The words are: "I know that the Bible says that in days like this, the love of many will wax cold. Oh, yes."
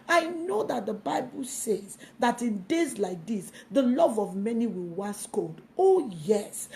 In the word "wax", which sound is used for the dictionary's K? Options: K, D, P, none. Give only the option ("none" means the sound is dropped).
none